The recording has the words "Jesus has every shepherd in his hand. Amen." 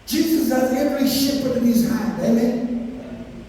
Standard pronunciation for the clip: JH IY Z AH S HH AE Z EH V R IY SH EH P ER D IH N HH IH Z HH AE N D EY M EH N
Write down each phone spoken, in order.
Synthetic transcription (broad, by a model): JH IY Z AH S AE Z EH V R IY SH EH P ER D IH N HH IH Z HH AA D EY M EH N